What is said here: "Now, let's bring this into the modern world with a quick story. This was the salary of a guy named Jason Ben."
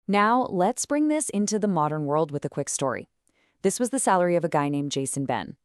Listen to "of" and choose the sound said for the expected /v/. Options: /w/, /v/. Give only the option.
/v/